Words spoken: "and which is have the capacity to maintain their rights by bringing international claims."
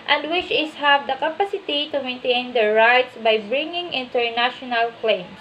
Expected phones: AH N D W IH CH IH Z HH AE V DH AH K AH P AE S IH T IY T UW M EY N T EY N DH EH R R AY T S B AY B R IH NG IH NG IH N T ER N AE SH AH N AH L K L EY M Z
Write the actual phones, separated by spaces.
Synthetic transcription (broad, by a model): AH N D W IH CH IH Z HH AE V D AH K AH P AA S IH T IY T UW M EY N T EY N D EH R R AY T S B AY B R IH NG IH NG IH N T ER N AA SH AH N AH L K L EY M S